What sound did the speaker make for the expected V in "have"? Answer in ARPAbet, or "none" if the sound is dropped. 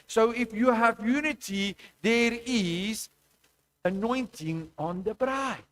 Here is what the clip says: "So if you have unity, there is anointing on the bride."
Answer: V